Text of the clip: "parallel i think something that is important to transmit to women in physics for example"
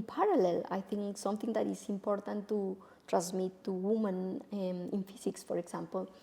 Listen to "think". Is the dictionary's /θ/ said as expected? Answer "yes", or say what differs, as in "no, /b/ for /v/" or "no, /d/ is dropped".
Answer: no, /t/ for /θ/